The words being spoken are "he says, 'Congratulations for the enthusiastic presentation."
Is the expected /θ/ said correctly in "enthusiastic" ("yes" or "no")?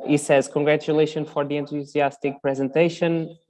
no